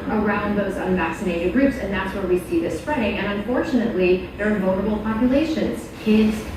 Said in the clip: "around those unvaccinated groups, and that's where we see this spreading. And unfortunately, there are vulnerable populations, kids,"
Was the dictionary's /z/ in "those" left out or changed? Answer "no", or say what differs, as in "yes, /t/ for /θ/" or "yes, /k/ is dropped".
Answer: no